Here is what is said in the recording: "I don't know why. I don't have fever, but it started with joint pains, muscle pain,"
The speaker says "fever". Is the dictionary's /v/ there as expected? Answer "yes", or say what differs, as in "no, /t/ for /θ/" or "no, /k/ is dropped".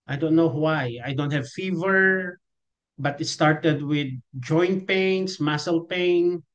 yes